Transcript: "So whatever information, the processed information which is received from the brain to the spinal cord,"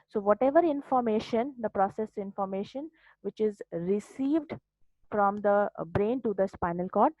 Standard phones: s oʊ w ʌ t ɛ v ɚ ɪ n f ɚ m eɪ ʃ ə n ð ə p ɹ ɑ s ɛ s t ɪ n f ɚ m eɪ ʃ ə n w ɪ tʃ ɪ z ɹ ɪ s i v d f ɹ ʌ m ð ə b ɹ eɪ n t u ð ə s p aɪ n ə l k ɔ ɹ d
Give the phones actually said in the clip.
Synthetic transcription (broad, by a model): s oʊ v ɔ t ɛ v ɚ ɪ n f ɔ m eɪ ʃ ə n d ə p ɹ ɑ s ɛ s ɪ n f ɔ m eɪ ʃ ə n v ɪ tʃ ɪ z ɹ ɪ s i v d f ɹ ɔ m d ə b ɹ eɪ n t u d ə s p aɪ n ə l k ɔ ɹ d